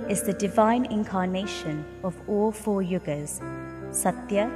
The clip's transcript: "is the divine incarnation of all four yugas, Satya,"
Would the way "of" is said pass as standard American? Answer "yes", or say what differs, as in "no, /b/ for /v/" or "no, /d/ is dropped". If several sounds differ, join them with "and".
yes